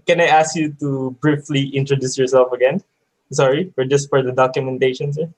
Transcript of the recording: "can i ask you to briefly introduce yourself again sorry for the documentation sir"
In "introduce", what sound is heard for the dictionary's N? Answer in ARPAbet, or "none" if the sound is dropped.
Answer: N